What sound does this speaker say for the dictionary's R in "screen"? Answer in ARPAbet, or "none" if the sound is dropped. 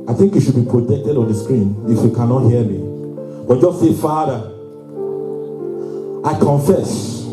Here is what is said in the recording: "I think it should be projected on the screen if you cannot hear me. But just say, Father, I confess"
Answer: R